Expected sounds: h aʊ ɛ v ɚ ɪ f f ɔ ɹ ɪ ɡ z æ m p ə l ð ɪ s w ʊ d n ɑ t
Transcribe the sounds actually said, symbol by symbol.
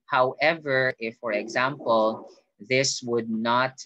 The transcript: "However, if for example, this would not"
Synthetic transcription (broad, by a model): h aʊ ɛ v ɚ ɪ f f ɔ ɹ ɪ ɡ z æ m p ə l ð ɪ s w ʊ d n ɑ t